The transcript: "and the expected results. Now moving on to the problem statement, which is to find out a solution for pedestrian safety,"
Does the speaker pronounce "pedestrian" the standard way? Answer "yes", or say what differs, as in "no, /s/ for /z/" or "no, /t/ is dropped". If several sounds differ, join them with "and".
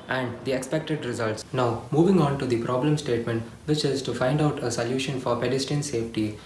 no, /ɹ/ is dropped